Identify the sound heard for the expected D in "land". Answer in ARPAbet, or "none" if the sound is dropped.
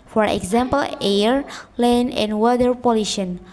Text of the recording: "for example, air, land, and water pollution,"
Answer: none